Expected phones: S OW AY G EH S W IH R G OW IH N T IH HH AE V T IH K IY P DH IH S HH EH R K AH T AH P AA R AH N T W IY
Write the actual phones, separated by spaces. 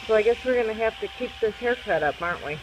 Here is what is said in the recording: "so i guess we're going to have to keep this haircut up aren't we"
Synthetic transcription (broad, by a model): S OW AY G EH S W IH R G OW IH N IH HH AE F T IH K IY P DH IH S HH EH R K AH T AH P AA R AH N T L IY